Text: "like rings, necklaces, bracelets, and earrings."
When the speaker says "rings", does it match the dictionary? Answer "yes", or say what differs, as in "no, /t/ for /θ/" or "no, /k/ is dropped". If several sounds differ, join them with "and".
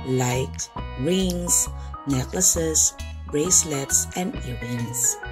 no, /s/ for /z/